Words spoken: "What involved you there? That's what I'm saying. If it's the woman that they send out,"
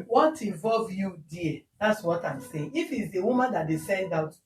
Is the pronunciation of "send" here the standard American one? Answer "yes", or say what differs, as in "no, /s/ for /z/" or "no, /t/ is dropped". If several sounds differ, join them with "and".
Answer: yes